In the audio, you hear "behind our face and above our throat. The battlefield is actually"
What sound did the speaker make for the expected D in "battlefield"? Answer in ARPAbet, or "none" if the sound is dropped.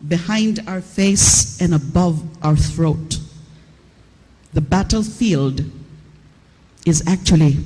D